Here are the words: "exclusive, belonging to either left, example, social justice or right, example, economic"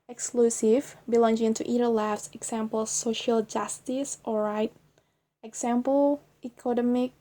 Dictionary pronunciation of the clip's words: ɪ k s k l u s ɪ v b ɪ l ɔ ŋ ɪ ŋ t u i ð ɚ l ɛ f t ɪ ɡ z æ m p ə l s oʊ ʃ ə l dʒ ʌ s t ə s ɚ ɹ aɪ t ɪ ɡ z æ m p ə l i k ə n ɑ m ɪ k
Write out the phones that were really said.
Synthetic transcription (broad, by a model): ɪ k s k l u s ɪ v b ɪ l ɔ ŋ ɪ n t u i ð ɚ l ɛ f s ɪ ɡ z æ m p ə l s oʊ ʃ ə l dʒ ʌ s t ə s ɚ ɹ aɪ t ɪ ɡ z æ m p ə l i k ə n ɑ m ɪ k